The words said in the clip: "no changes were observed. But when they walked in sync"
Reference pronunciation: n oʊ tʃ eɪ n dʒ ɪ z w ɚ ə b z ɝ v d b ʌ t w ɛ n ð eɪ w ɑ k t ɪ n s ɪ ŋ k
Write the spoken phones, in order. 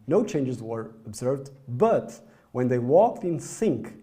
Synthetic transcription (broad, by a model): n oʊ tʃ eɪ n dʒ ɪ z w ɚ ə b z ɝ v d b ʌ t w ɛ n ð eɪ w ɑ k t ɪ n s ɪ ŋ k